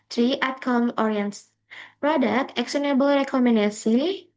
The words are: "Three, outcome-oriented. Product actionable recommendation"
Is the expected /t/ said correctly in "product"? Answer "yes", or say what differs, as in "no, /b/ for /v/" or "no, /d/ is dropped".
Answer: no, /t/ is dropped